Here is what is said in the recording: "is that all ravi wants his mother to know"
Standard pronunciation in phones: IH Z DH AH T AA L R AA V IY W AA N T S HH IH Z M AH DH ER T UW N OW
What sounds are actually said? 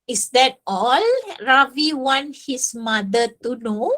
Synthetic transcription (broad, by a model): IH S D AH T AA L R AA V IY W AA N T HH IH S M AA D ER T UW N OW